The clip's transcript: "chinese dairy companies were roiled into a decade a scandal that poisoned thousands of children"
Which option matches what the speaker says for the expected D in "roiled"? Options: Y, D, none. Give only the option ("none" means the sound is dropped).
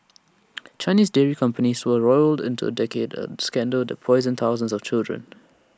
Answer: D